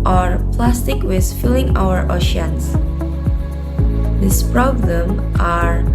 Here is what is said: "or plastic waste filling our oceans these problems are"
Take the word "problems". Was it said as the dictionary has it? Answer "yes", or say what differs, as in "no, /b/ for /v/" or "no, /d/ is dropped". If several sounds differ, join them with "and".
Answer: no, /z/ is dropped